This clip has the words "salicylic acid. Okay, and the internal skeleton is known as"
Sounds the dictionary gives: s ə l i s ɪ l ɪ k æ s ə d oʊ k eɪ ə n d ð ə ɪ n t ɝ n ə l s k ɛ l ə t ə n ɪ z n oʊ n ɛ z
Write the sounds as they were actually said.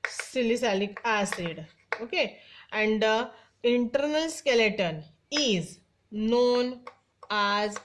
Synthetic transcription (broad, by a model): s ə l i s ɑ l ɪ k æ s ə d oʊ k eɪ ə n d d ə ɪ n t ɝ n ə l s k ɛ l ə t ə n ɪ z n oʊ n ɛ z